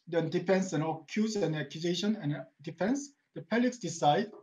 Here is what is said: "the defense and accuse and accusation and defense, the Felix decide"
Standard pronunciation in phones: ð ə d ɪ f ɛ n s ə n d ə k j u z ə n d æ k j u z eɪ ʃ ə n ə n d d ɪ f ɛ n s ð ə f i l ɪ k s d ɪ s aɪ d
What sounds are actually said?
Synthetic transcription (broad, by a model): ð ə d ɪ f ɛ n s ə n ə k j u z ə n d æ k j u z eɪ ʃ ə n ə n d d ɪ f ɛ n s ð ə p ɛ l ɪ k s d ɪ s aɪ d